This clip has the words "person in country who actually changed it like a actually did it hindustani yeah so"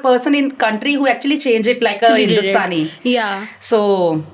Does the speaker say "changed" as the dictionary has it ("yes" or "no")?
no